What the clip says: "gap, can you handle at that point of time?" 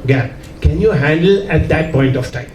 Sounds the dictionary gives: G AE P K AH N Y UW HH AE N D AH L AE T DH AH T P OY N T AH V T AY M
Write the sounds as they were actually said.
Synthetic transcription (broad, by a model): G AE K AH N Y UW HH AE N D AH L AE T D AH T P OY N T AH F T AY M